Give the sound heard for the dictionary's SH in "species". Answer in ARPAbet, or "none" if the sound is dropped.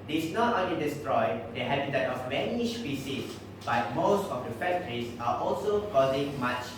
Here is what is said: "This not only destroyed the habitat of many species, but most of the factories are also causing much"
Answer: S